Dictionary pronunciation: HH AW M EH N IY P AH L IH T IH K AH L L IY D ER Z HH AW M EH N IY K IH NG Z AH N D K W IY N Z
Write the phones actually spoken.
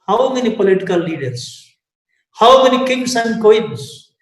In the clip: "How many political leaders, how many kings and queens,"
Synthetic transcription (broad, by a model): HH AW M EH N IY P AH L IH T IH K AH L L IY D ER S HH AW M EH N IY K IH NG S AH N D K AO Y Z